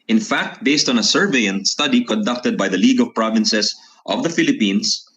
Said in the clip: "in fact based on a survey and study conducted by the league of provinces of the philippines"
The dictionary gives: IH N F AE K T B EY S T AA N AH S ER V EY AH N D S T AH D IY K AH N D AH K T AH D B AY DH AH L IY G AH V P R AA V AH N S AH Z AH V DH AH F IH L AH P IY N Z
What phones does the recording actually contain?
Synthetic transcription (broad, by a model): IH N F AE K T B EY S T AA N AH S ER V EY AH N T S T AH D IY K AH N D AH K T AH D B AY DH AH L IY G AH V P R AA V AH N S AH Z AH V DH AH F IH L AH P IY N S